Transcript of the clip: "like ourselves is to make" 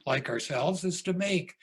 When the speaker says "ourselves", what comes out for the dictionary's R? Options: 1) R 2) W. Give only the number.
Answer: 1